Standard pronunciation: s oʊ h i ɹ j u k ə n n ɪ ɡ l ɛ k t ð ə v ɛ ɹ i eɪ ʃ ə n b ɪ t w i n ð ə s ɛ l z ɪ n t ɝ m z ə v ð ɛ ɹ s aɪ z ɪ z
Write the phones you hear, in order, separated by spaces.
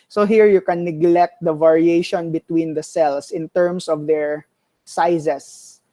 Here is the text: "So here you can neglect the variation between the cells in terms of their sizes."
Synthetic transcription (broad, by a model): s oʊ h i ɹ j u k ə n n ɪ ɡ l ɛ k t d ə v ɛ ɹ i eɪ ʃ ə n b ɪ t w i n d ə s ɛ l s ɪ n t ɝ m s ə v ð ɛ ɹ s aɪ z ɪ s